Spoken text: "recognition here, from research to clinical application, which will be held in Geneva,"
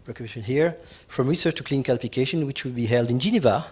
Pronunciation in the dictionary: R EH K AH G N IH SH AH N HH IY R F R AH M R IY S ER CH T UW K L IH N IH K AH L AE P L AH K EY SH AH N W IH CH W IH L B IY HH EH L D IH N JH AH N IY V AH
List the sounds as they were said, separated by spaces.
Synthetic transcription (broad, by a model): R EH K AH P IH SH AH N HH IY R F R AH M R IY S ER CH T UW K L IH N K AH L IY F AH K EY SH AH N W IH CH W IH L B IY HH EH L D IH N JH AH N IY V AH